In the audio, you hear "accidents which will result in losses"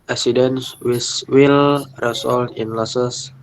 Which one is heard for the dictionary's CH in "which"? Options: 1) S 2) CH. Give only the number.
1